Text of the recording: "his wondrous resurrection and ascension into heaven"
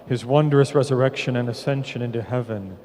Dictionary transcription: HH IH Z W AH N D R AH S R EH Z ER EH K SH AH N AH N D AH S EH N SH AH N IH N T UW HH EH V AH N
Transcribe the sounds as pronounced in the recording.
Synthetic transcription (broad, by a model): HH IH Z W AH N D R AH S R EH Z ER EH K SH AH N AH N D AH S EH N SH AH N IH N T UW HH EH V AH N